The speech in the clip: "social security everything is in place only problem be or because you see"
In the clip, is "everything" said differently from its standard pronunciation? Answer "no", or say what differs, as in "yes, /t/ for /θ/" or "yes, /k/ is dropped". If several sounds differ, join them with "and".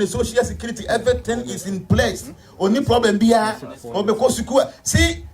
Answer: yes, /t/ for /θ/